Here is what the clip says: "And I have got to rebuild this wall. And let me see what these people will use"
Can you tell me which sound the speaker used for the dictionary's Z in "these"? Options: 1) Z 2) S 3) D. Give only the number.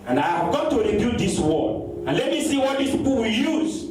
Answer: 2